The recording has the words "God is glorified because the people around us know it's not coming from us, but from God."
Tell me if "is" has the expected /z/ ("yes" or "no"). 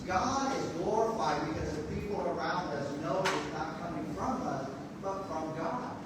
yes